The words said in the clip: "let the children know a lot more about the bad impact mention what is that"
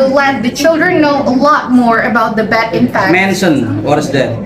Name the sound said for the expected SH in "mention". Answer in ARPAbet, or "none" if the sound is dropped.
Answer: S